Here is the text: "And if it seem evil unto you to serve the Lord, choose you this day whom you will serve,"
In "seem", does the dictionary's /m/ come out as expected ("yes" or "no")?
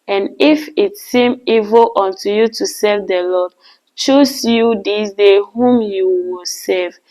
yes